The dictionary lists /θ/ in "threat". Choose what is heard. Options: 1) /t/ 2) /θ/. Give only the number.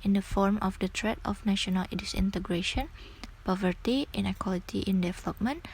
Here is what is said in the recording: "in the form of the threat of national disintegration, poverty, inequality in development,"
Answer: 1